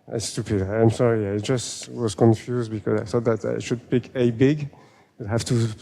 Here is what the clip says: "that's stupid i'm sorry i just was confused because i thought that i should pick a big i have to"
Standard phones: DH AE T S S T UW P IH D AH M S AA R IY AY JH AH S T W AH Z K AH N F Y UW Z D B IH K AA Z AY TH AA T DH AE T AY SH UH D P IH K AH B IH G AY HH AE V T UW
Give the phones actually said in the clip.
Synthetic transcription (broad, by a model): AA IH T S S T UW P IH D AH M S AA R IY AY JH AH S T W AH Z K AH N F Y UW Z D B IH K AA Z AY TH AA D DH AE T AY SH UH D P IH K AH B IH G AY HH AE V T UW